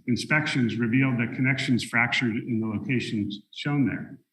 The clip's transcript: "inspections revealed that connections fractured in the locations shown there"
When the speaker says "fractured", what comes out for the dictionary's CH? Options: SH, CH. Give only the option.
CH